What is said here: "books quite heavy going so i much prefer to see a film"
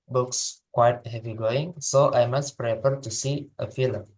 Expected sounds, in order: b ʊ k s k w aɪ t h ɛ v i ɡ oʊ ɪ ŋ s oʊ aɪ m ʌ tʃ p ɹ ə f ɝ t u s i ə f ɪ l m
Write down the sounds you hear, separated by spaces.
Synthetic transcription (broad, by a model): b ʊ k s k w aɪ t h ɛ v i ɡ oʊ ɪ ŋ s oʊ aɪ m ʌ s p ɹ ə p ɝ t u s i ə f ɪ l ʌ